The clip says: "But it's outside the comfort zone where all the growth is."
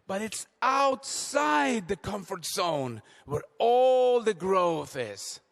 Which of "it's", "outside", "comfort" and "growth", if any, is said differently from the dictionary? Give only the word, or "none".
none